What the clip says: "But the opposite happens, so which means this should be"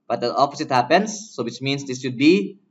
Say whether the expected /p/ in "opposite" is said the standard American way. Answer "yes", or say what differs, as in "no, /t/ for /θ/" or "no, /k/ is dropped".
no, /f/ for /p/